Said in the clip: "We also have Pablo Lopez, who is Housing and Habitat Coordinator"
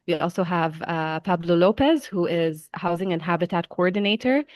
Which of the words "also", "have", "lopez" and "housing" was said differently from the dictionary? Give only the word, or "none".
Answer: none